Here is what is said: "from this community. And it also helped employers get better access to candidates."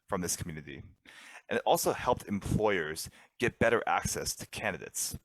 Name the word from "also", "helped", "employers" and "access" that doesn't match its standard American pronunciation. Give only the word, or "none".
none